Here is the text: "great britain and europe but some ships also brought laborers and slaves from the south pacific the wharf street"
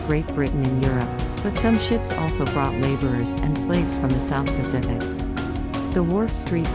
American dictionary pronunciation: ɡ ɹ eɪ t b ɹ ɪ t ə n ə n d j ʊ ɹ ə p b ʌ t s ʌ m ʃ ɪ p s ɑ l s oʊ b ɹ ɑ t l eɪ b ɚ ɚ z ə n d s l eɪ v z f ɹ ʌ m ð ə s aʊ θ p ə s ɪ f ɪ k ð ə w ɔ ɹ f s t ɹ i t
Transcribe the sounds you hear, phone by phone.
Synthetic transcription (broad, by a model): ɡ ɹ eɪ t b ɹ ɪ t n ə n j ʊ ɹ ə p b ʌ t s ʌ m ʃ ɪ p s ɑ l s oʊ b ɹ ɑ t l eɪ b ɚ ɚ z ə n s l eɪ v z f ɹ ʌ m ð ə s aʊ θ p ə s ɪ f ɪ k ð ə w ɔ ɹ f s t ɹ i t